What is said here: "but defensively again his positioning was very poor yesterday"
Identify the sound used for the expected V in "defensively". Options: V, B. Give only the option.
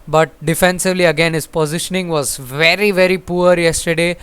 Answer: V